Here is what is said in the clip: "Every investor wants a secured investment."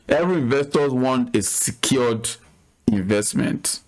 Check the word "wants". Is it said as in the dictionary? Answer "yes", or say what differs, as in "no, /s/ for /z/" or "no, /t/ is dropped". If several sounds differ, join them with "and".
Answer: no, /s/ is dropped